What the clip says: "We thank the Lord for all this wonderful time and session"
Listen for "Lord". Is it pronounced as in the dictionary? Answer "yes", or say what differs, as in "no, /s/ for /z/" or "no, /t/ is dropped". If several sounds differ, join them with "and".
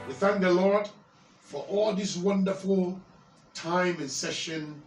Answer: yes